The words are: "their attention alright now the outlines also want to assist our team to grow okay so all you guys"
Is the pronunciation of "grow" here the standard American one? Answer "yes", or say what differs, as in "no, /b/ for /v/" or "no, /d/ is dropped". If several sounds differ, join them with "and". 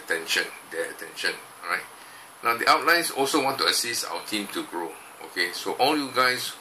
yes